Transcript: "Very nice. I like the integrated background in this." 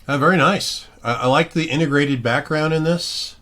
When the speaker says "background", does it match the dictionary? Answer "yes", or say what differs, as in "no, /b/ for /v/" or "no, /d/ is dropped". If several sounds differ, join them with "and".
yes